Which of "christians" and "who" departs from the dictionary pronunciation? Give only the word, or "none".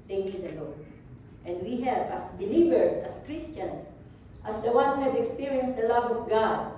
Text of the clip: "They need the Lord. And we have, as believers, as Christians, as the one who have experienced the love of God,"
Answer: christians